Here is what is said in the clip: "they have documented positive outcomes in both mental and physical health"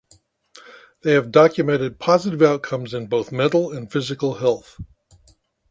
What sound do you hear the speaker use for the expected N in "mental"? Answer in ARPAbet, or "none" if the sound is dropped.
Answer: none